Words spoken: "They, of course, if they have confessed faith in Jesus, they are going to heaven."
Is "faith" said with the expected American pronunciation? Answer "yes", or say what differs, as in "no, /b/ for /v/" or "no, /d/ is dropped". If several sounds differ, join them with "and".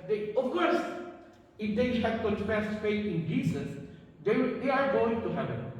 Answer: no, /t/ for /θ/